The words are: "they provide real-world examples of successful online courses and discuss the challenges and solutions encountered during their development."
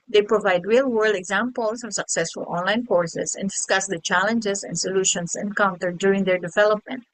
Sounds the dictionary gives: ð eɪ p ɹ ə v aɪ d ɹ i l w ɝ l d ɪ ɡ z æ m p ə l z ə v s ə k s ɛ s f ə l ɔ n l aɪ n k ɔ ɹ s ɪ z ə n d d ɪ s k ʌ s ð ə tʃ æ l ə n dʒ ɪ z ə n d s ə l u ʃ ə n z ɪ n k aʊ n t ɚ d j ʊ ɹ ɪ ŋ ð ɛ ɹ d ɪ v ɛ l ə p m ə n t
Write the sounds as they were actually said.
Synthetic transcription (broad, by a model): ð eɪ p ɹ ə v aɪ d ɹ i l w ɝ l d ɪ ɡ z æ m p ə l s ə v s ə k s ɛ s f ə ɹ ɔ n l aɪ n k ɔ ɹ s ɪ s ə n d d ɪ s k ʌ s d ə tʃ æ l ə n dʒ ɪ s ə n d s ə l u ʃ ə n s ɪ n k aʊ n t ɚ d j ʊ ɹ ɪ ŋ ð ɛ ɹ d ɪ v ɛ l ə p m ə n t